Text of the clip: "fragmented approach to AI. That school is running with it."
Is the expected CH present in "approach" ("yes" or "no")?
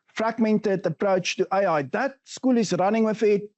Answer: yes